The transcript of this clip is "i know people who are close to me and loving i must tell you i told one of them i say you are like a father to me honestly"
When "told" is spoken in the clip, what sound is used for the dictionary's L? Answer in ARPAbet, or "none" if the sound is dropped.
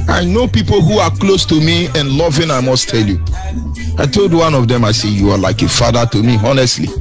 L